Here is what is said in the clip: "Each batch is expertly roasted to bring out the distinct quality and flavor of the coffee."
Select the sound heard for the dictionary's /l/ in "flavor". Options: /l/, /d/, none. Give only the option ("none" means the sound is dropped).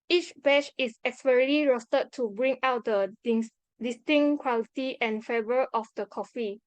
none